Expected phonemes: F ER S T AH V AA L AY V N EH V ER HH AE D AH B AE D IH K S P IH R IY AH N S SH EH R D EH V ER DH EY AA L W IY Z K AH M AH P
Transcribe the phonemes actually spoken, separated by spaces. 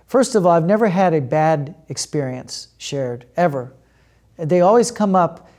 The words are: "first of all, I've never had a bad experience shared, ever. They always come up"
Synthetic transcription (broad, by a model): F ER S T AH V AA L AY V N EH V ER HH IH D AH B AE D IH K S P IH R IY AH N S SH EH R D EH V ER DH EY AA L W IY Z K AH M AH P